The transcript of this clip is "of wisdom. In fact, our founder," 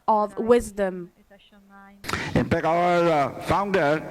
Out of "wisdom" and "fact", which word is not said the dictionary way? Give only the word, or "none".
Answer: fact